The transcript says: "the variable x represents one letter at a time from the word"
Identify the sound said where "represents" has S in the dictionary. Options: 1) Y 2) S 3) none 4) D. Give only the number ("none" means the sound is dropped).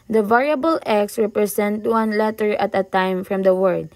3